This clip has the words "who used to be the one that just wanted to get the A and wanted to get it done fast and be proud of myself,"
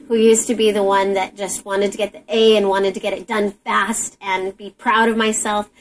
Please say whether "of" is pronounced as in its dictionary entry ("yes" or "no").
yes